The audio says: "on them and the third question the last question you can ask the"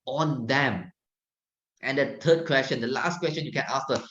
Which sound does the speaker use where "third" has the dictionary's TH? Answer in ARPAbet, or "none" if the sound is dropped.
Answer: T